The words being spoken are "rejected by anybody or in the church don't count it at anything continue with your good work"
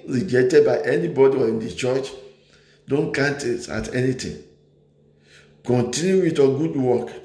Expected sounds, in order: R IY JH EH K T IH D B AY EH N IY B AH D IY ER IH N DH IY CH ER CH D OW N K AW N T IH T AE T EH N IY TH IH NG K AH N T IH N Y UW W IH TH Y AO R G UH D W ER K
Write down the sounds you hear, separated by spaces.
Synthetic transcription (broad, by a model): R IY JH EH K T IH D B AY EH N IY B AH D IY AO IH N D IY CH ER CH D OW N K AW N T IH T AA T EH N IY T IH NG K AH N T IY N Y UW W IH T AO G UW D W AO K